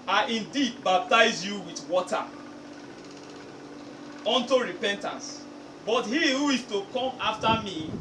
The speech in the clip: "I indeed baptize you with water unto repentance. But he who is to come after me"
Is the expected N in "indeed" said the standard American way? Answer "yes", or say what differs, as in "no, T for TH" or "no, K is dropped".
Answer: yes